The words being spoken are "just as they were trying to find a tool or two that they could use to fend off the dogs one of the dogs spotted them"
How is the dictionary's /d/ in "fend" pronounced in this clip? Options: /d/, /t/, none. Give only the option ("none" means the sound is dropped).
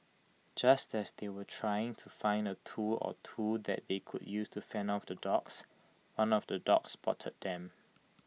none